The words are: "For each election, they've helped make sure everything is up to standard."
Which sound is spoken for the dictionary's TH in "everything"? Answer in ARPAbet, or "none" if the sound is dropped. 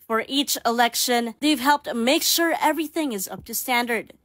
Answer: TH